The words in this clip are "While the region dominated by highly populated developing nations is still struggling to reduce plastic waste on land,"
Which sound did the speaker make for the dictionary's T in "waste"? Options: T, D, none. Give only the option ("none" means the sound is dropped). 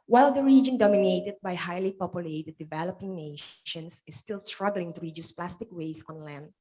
none